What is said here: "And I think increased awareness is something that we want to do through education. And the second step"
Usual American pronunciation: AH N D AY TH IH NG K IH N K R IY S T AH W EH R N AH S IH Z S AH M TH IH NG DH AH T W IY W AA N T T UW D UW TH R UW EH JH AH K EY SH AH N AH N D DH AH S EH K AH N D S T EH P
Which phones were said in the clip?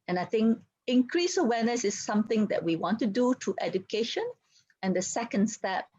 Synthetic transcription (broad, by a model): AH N AY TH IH NG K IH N K R IY S AH W EH N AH S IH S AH M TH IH NG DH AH T W IY W AA N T T UW D UW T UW EH JH AH K EY SH AH N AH N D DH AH S EH K AH N D S T EH P